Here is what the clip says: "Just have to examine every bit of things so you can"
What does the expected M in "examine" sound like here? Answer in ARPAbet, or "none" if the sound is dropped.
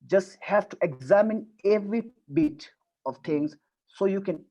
M